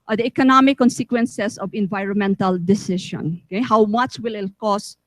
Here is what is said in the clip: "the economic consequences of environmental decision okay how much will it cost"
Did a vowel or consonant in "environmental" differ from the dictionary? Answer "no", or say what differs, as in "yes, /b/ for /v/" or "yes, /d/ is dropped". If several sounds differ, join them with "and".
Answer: no